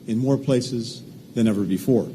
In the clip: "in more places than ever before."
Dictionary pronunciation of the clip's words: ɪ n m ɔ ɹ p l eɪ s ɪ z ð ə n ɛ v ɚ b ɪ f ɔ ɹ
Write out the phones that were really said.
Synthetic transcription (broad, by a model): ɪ n m ɔ ɹ p l eɪ s ɪ z ð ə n ɛ v ɚ b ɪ f ɔ ɹ